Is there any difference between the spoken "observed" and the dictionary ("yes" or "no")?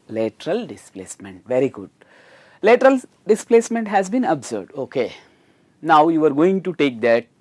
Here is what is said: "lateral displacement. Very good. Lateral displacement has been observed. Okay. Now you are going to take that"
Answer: yes